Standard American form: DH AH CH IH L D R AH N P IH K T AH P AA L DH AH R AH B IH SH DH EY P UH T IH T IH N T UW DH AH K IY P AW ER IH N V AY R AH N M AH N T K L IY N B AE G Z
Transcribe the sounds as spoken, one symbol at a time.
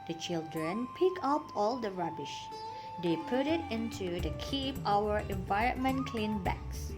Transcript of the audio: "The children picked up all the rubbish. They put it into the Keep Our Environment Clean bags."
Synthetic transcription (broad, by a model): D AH CH IH L D R AH N P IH K AH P AA L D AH R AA B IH SH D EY P UH T IH T IH N T UW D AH K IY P AW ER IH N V AY R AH N M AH N K L IY N B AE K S